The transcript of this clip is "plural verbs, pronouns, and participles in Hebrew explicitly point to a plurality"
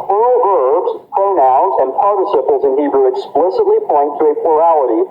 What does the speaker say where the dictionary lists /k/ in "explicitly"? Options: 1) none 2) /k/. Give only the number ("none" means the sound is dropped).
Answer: 2